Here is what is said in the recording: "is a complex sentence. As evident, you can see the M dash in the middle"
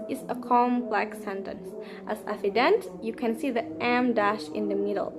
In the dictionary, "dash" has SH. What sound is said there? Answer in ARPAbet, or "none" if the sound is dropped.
SH